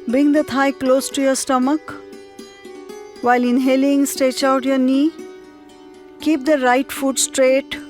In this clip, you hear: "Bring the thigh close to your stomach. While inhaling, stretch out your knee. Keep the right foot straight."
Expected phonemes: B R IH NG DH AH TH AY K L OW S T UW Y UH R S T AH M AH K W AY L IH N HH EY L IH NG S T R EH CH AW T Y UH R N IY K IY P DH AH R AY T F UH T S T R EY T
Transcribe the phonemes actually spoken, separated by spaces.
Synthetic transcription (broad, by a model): B R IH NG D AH T AY K L OW S T UW Y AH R S T AH M AH K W AY L IH N HH EY L IH NG S T EH CH AW T Y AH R N IY K IY P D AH R AY T F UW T S T R EY T